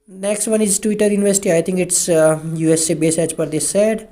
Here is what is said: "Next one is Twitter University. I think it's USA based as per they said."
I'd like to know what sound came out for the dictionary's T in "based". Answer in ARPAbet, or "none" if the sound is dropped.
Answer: none